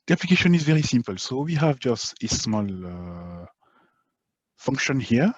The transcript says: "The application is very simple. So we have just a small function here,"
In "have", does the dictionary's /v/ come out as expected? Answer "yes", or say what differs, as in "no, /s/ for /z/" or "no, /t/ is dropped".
yes